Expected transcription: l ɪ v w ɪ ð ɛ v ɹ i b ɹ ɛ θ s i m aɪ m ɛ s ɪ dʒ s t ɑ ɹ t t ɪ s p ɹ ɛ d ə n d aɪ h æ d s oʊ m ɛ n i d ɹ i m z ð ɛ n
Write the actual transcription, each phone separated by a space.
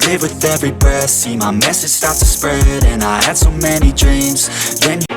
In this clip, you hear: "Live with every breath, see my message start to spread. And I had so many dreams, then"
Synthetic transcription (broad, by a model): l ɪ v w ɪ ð ɛ v ɹ i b ɛ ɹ s i m aɪ m ɛ s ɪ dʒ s t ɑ ɹ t t ɪ s p ɹ ɛ d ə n aɪ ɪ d s oʊ m ɛ n i d ɹ i m z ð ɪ n